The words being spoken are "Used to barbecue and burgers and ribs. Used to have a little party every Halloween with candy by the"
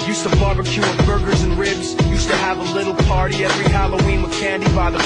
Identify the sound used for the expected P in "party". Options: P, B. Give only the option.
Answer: P